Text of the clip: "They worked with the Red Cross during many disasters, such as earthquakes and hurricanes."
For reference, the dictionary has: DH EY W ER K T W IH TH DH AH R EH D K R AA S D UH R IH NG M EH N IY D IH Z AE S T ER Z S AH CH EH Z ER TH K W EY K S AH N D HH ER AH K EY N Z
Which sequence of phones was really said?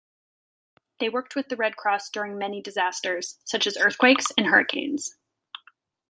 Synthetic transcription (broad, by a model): DH EY W ER K T W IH DH AH R EH D K R AA S D UH R IH NG M EH N IY D IH Z AE S T ER Z S AH CH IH Z ER TH K W EY K S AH N HH ER AH K EY N Z